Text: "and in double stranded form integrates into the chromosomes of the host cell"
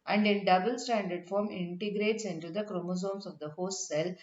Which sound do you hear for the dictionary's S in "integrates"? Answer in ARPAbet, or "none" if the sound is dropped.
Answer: S